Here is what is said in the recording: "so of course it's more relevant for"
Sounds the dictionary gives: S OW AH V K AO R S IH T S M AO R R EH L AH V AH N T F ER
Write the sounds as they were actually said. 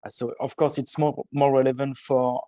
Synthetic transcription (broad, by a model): S OW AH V K AO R S IH T S M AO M R EH L AH V AH N T F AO